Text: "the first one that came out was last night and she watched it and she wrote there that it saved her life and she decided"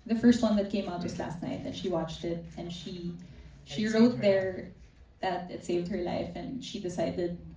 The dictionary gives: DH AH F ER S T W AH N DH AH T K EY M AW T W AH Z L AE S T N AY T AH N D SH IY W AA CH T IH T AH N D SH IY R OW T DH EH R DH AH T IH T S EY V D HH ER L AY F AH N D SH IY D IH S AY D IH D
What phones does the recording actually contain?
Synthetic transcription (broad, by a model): DH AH F ER S T W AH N DH AH T K EY M AW T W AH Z L AE S T N AY T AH N SH IY W AA CH T IH T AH N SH SH IY R OW T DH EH R DH AH T IH T S EY V D HH ER L AY F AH N SH IY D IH S AY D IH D